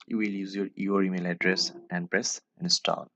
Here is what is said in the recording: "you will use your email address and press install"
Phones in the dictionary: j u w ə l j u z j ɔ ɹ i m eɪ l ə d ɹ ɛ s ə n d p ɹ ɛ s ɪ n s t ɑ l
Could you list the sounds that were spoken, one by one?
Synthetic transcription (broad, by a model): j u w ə l j u z j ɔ ɹ i m eɪ l ə d ɹ ɛ s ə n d p ɹ ɛ s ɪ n s t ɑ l